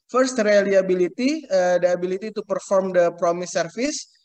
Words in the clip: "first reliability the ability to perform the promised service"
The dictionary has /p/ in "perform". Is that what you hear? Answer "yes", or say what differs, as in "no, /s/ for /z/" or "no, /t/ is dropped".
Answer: yes